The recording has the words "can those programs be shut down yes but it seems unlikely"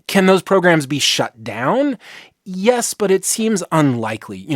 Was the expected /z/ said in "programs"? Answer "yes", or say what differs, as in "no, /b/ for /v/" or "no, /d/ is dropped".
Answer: yes